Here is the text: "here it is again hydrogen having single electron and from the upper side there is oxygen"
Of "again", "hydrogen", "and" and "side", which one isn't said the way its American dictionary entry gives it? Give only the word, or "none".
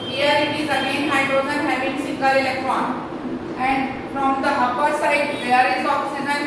hydrogen